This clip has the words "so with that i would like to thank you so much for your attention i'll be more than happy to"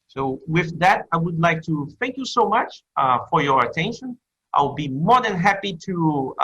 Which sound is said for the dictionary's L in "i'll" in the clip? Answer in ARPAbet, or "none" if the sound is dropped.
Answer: W